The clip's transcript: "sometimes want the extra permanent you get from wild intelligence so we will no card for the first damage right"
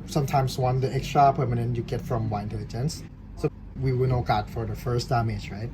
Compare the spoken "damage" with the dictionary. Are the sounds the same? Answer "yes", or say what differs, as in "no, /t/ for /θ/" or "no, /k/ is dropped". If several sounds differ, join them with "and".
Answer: yes